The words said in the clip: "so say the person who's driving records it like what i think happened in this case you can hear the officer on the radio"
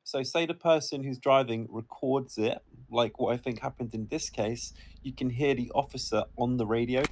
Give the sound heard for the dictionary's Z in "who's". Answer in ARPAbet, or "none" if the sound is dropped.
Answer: Z